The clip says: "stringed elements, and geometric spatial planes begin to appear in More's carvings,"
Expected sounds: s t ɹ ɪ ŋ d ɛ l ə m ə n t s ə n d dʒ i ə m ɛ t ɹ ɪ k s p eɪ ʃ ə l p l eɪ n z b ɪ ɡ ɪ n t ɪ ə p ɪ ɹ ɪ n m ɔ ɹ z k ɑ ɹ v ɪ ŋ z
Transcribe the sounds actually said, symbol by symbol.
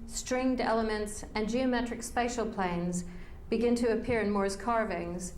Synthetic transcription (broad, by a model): s t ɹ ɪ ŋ d ɛ l ə m ə n t s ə n dʒ i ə m ɛ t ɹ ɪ k s p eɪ ʃ l p l eɪ n z b ɪ ɡ ɪ n t ɪ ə p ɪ ɹ ɪ n m ɔ ɹ z k ɑ ɹ v ɪ ŋ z